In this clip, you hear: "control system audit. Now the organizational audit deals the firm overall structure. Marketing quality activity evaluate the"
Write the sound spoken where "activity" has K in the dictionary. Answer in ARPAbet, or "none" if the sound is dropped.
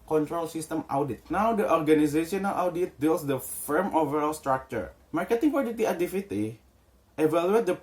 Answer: none